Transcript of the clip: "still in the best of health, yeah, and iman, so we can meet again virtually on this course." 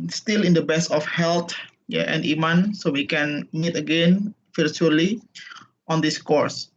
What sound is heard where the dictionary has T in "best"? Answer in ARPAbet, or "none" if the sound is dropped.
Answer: none